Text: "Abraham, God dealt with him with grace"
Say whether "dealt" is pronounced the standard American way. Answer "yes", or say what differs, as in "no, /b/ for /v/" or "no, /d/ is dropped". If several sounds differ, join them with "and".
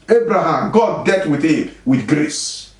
no, /l/ is dropped